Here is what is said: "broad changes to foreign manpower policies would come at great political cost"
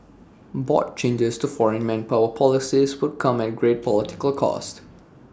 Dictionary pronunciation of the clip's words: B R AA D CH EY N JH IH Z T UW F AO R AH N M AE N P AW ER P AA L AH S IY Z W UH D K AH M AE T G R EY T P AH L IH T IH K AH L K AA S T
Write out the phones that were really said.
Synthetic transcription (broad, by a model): B AA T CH EY N JH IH S T UW F AO R AH N M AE N P AW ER P AA L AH S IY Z W UH D K AH M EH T G R EY T P AH L IH T IH K AH L K AA S T